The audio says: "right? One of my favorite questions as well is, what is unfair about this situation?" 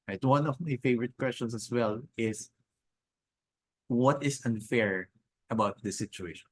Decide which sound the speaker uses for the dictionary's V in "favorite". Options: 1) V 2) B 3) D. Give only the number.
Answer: 1